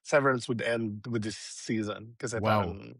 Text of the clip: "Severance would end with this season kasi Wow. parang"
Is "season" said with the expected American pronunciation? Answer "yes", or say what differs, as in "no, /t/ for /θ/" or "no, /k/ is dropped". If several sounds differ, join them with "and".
yes